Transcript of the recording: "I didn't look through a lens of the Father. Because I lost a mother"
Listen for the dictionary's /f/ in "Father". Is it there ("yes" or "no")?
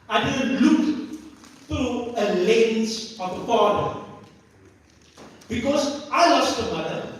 no